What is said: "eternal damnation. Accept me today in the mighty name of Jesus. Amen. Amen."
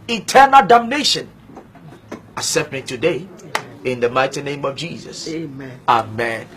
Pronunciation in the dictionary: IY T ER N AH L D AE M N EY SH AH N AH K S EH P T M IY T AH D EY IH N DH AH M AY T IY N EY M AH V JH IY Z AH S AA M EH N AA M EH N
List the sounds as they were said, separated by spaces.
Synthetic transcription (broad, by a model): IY T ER N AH L D AE M N EY SH AH N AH S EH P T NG T AH D EY IH N DH AH M AY T IY N EY M AH V JH IY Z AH S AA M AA M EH N